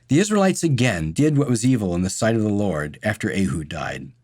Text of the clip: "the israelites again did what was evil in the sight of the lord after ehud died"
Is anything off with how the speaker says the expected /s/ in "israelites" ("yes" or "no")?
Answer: no